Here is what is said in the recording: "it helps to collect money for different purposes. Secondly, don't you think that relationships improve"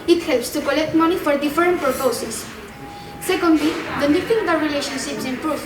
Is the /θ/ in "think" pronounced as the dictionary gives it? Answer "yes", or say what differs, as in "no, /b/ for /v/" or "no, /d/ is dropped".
no, /f/ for /θ/